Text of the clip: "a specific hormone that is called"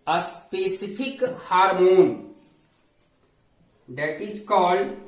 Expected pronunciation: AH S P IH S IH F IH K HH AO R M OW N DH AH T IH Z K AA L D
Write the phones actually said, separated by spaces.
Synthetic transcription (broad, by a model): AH S P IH S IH P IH K HH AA R M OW N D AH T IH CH K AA L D